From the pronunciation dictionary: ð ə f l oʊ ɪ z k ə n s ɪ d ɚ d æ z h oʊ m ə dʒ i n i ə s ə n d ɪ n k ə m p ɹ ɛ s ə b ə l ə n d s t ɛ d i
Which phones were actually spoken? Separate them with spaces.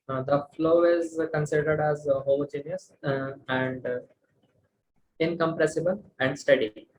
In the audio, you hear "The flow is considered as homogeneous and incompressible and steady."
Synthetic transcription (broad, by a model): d ə f l oʊ ɪ z k ə n s ɪ d ɚ d æ z h oʊ m ə dʒ i n i ə s ə n d ɪ n k ə m p ɹ ɛ s ə b ə l ə n d s t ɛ d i